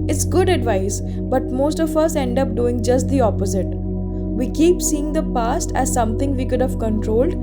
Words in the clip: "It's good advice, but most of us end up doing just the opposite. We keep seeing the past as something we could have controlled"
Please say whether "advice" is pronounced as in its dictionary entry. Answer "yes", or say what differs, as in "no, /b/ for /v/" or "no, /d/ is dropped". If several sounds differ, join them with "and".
yes